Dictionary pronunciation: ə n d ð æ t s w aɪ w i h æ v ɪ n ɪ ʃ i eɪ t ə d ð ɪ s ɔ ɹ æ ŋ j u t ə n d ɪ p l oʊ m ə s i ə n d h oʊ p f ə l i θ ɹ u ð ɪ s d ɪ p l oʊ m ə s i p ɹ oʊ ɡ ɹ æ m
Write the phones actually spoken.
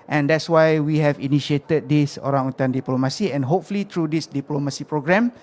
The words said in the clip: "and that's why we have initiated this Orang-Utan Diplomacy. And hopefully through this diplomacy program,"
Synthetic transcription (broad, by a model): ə n d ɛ t s w aɪ w i h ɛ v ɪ n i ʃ i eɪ t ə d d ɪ s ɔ ɹ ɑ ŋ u t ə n d ɪ p l oʊ m ə s i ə n h oʊ p f ə l i t ɹ u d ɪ s d ɪ p l oʊ m ə s i p ɹ oʊ ɡ ɹ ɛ m